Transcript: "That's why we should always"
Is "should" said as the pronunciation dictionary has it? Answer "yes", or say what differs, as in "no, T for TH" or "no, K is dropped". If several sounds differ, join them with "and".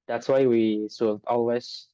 no, S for SH